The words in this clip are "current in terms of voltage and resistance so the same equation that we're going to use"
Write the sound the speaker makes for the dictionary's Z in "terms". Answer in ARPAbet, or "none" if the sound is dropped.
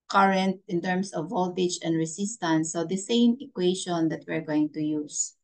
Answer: S